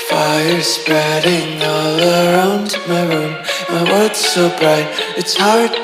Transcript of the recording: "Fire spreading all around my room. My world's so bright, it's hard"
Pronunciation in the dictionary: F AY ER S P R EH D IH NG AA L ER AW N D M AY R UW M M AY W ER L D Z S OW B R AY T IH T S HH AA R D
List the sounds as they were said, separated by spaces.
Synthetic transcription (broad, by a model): F AY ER S P R EH D IH NG AA L ER AW N D M AY R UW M M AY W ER D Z S OW B R AY T IH T S HH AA R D